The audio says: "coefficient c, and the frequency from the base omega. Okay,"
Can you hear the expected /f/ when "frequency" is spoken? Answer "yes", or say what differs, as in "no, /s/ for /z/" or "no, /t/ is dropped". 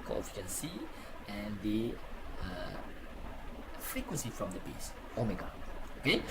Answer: yes